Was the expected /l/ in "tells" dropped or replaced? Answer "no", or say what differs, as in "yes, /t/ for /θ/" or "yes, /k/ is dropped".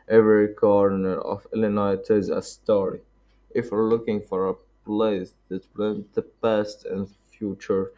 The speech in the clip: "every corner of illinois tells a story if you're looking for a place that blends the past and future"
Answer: yes, /l/ is dropped